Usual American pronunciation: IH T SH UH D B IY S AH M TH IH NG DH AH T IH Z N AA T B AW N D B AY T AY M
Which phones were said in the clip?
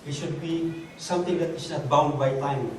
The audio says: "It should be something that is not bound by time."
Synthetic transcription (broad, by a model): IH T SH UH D B IY S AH M T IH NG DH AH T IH S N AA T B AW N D B AY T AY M